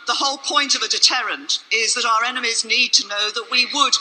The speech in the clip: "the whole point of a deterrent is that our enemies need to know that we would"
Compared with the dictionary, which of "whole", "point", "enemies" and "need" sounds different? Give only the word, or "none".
none